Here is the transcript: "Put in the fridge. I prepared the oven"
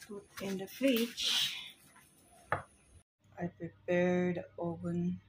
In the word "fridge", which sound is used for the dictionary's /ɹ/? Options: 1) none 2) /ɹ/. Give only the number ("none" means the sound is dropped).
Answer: 1